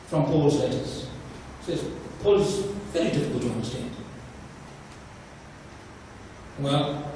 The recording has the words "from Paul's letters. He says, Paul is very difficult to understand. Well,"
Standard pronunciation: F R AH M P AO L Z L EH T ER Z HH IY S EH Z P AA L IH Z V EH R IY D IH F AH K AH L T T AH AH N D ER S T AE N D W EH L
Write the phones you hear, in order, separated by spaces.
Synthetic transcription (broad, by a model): F R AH M P AO L Z L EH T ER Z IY S EH Z P AA L IH Z V EH R IY D IH F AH K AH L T T AH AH N D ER S T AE N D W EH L